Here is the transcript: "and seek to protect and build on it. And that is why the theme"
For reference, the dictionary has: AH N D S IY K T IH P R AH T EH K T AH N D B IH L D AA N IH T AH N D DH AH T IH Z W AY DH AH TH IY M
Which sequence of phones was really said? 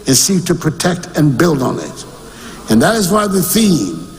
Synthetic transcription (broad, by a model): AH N S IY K T IH P R AH T EH K T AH N B IH L D N IH T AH N DH AH T IH Z W AY DH AH TH IY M